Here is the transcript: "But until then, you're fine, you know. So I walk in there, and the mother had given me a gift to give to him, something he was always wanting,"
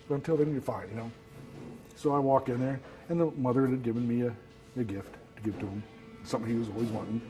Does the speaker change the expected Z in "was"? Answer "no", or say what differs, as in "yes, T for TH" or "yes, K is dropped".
no